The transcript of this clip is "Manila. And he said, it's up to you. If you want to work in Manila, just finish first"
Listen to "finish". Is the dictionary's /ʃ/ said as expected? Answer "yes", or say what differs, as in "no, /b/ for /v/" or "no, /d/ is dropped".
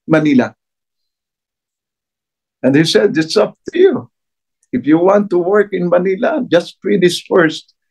no, /s/ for /ʃ/